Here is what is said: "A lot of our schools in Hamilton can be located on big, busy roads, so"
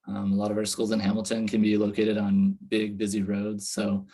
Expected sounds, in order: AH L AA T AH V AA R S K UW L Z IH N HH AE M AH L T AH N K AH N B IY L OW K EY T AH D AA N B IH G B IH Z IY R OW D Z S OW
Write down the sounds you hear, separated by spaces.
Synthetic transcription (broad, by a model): AH L AA T AH V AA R S K UW L Z IH N HH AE M L T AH N K AH N B IY L OW K EY T AH D N B IH G B IH Z IY R OW D Z S OW